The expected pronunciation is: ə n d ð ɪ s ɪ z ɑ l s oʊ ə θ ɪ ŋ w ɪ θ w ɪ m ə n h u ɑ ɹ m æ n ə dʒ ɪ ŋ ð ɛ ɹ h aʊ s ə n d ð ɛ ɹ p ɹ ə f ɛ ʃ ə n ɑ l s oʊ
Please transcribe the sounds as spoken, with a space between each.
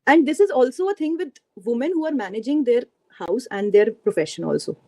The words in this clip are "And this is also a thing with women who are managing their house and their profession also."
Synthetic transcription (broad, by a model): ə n d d ɪ s ɪ z ɑ l s oʊ ə t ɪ ŋ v ɪ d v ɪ m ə n h u ɑ ɹ m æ n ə dʒ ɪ ŋ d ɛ ɹ h aʊ s ə n d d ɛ ɹ p ɹ ə f ɛ ʃ ə n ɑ l s oʊ